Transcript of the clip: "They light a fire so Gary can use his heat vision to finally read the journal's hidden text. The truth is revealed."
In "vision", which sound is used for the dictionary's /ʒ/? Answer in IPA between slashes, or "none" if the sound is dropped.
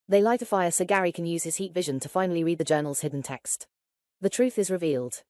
/ʒ/